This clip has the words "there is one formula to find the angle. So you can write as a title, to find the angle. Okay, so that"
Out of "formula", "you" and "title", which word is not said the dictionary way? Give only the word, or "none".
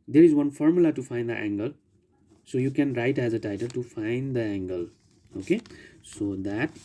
none